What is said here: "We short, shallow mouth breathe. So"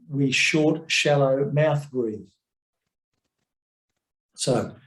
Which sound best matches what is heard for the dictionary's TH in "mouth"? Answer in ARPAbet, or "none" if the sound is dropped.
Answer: TH